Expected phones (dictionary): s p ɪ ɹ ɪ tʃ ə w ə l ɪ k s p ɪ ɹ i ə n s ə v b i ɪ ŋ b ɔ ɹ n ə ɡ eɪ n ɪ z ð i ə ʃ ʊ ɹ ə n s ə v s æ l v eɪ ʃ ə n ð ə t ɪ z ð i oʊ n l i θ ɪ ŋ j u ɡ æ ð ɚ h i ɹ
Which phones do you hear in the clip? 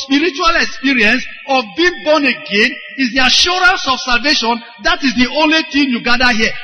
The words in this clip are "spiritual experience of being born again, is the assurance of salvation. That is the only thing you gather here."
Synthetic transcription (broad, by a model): s p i ɹ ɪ tʃ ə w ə l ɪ k s p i ɹ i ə n s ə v b i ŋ b ɔ n ə ɡ eɪ n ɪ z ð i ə ʃ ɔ ɹ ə n s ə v s æ l v eɪ ʃ ə n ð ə t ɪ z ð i oʊ n l i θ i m j u ɡ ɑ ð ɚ h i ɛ